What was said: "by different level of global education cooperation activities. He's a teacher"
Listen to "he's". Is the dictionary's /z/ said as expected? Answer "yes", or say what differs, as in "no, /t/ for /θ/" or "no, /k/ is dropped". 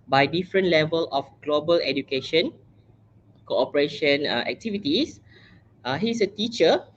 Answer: no, /s/ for /z/